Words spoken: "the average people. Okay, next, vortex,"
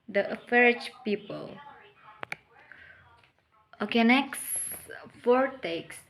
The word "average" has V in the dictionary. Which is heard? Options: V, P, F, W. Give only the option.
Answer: F